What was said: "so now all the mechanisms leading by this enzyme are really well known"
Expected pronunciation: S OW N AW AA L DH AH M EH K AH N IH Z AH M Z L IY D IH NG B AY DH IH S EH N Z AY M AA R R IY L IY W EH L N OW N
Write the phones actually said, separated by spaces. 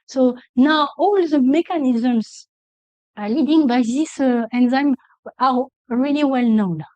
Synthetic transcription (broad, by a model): S OW N AW AA L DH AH M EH K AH N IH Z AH M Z L IY D IH NG B AY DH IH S EH N Z AY M AA R R IY L IY W EH L N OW N